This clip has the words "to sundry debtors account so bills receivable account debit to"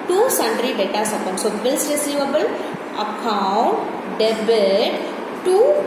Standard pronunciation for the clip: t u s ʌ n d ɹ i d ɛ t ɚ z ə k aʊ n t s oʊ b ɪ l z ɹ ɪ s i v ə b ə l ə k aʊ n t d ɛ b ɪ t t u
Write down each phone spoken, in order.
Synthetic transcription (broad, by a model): t u s ʌ n d ɹ i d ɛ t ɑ s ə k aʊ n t s oʊ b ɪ l s ɹ ɪ s i v ə b ə l ə k aʊ n t d ɛ b ɪ t t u